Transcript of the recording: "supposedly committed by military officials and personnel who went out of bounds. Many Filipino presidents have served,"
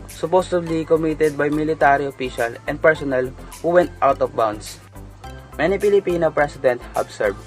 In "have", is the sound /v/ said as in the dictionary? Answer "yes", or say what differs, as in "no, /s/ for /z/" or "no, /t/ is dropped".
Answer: no, /b/ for /v/